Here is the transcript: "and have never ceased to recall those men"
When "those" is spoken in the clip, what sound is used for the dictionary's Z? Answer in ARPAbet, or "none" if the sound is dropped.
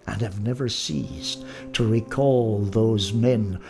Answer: Z